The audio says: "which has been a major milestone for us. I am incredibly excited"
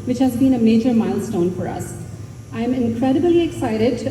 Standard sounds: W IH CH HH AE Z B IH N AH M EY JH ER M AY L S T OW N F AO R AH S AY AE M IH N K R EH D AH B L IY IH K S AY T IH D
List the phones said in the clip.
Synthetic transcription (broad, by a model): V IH CH HH AE Z B IH N AH M EY JH ER M AY L S T OW N F AO R AH S AY M IH N K R EH D AH B L IY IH K S AY T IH D